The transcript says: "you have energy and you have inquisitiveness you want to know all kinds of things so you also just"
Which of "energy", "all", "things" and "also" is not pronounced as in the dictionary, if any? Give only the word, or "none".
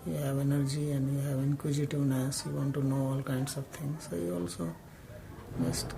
things